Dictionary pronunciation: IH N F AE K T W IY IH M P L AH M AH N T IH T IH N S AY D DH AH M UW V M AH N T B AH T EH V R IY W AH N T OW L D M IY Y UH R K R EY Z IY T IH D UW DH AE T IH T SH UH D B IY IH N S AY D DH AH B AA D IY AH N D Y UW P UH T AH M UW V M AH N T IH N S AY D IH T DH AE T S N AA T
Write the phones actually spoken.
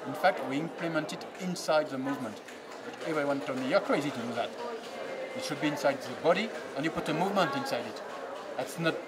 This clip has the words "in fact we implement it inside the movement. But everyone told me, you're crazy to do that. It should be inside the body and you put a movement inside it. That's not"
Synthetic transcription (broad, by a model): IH N F AE K T W IY IH M P L AH M AH N T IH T IH N S AY D DH AH M UW V M AH N T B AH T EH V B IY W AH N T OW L M IY Y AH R K R EY Z IY T IH D UW DH AE T IH T SH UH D B IY IH N S AY D DH AH B AA D IY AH N Y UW P UH T AH M UW V M AH N T IH N S AY D IH T DH AE T S N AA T